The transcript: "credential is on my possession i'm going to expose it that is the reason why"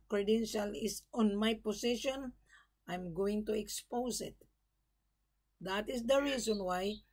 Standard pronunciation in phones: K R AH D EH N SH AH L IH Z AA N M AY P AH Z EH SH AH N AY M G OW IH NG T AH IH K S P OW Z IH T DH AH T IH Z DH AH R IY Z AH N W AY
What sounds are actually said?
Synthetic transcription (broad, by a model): K R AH D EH N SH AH L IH S AA N M AY P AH S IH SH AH N AY M G OW IH NG T AH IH K S P OW S IH T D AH T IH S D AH R IY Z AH N W AY